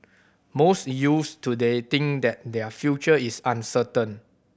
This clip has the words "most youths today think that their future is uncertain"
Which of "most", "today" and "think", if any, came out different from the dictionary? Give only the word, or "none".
think